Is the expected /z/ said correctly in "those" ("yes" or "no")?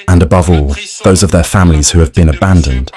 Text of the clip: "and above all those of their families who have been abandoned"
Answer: yes